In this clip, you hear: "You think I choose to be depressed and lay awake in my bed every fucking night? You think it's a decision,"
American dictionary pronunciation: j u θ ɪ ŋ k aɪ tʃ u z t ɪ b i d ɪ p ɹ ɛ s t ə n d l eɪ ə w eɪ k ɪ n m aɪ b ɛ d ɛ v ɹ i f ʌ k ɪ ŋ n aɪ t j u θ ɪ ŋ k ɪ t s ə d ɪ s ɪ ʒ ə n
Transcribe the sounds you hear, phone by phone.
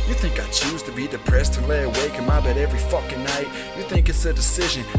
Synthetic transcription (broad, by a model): j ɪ θ ɪ ŋ k aɪ tʃ u z t ɪ b i d ɪ p ɹ ɛ s t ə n l eɪ ə w eɪ k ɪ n m aɪ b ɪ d ɛ v ɹ i f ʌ k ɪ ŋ n aɪ t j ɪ θ ɪ ŋ k ɪ t s ə d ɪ s ɪ ʒ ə n